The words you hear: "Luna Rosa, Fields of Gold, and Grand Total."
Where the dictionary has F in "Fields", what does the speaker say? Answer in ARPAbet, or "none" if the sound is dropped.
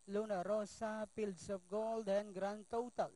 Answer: P